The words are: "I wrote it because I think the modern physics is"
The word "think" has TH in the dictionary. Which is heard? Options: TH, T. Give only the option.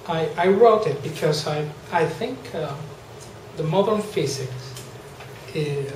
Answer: TH